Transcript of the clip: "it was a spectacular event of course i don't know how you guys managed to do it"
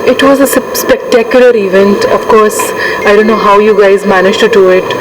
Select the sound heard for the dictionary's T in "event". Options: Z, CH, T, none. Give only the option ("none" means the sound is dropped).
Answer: T